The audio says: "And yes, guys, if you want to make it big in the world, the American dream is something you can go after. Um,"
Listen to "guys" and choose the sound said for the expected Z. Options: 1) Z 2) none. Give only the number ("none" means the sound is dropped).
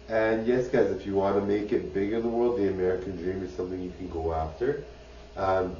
1